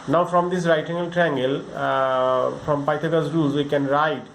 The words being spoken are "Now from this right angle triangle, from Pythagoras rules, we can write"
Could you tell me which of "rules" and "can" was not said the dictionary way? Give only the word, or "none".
rules